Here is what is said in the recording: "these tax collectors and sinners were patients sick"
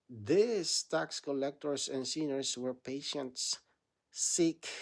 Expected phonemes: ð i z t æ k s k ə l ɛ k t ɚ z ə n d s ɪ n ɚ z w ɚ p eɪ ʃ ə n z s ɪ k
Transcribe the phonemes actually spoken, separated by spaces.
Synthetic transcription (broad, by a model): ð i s t æ k s k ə l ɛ k t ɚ s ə n s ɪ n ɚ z w ɚ p eɪ ʃ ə n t s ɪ k